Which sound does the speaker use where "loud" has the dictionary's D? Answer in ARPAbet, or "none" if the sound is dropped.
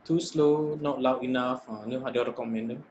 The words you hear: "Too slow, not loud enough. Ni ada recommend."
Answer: none